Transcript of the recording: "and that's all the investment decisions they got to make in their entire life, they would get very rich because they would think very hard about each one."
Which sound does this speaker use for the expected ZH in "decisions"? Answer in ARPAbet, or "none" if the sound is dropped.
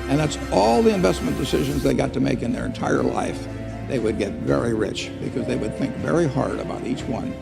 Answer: ZH